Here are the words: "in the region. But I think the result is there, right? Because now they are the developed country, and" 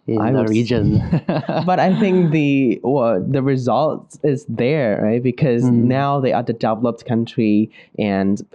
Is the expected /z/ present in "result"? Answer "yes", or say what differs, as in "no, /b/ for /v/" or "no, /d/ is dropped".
yes